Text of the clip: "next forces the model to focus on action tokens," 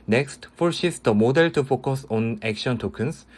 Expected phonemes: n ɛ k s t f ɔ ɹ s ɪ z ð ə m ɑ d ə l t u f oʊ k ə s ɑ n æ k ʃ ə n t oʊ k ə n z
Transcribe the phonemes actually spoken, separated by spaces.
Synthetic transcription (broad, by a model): n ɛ k s t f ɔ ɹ ʃ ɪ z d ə m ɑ d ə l t u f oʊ k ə s ɑ n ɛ k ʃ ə n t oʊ k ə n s